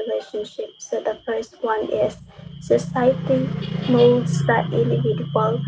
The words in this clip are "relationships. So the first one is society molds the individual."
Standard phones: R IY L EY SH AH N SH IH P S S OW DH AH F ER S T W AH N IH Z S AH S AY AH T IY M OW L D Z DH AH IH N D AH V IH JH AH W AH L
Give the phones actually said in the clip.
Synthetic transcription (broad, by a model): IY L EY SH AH N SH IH P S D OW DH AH F ER S T W AH N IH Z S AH S AY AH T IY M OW D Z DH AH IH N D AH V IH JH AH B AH L